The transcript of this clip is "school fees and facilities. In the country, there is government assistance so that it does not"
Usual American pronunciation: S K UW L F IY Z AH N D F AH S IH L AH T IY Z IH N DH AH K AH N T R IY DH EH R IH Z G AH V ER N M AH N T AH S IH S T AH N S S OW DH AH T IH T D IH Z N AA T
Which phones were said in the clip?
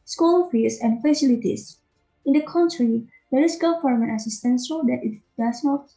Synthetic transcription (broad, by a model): S K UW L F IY S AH N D F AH S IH L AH T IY S IH N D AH K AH N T R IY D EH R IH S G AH F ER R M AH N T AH S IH S T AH N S S OW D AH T IH T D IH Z N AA T